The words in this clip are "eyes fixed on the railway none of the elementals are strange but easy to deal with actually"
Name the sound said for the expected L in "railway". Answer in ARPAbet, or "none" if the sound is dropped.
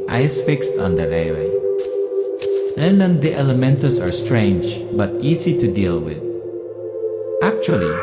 none